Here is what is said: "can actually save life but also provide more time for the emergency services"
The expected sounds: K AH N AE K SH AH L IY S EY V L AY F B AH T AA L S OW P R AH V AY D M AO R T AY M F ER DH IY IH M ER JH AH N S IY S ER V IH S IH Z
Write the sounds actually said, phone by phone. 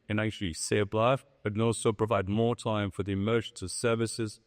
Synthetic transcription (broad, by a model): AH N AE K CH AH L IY S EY B L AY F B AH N AA L S OW P R AH V AY D M AO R T AY M F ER DH IY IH M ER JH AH N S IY S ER V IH S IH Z